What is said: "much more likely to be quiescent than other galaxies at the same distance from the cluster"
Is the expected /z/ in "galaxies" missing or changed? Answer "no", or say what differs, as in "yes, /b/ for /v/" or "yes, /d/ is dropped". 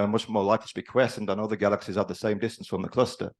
no